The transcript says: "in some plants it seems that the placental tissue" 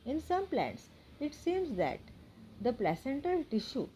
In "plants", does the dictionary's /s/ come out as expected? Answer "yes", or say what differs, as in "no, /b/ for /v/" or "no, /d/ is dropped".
yes